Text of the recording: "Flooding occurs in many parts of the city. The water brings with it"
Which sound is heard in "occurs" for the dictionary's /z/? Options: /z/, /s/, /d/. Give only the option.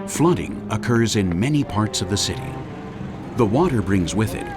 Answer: /z/